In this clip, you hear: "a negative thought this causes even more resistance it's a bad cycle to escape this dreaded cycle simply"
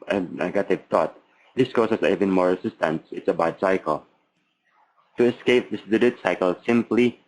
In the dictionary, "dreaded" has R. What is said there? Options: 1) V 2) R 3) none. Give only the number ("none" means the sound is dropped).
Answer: 3